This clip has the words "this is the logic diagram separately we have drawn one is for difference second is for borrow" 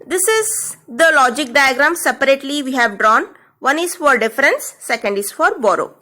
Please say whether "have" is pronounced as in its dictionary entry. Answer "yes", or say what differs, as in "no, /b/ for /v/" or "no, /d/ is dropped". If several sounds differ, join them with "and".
yes